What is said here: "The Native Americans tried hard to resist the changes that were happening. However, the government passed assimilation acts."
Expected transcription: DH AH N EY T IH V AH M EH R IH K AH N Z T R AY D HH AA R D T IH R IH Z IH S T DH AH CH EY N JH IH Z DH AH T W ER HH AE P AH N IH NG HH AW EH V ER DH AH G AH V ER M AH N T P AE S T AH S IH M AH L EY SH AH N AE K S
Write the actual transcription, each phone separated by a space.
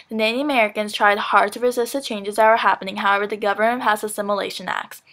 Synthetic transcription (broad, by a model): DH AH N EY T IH AH M EH R IH K AH N Z T R AY D HH AA R D T IH R IH Z IH S T DH AH CH EY N JH IH Z DH AH T W ER HH AE P AH N IH NG HH AW EH V ER DH AH G AH V ER M AH N T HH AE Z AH S IH M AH L EY SH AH N AE K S